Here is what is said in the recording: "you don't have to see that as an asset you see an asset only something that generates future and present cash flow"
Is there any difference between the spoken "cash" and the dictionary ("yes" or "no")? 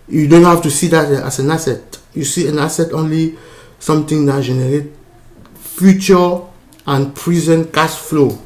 yes